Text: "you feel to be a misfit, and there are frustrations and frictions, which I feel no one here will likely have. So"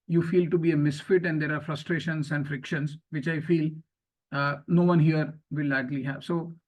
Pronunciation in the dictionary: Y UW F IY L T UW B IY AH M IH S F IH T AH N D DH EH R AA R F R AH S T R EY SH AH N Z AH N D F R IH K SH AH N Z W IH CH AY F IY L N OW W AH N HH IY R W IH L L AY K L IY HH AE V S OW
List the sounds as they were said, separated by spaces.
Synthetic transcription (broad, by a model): Y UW F IY L T UW B IY AH M IH S F IH T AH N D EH R AA R F R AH S T R EY SH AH N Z AH N D F R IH K SH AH N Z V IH CH AY F IY L N OW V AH N HH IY R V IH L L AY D L IY HH AE V S OW